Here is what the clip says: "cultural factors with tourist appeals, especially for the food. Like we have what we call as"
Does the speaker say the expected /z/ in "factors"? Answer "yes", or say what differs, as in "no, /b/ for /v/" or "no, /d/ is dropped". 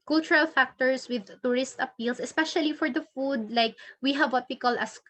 no, /s/ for /z/